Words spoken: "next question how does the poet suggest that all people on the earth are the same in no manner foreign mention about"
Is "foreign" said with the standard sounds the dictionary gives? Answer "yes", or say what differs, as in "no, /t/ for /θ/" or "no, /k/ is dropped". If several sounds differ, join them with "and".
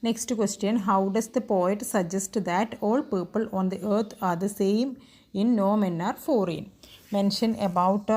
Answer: yes